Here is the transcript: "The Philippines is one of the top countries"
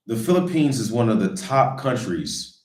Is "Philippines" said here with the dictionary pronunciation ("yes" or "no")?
yes